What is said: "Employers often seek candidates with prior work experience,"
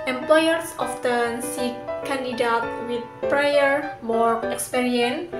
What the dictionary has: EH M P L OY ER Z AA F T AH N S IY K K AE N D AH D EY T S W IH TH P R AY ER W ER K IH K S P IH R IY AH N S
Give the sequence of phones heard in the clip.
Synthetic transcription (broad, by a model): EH M P L OY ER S AA F T AH N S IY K K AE N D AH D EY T W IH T P R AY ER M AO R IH K S P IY R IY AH N